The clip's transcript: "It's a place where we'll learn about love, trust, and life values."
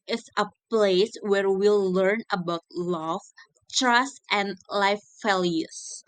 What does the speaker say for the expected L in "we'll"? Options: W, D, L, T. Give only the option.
L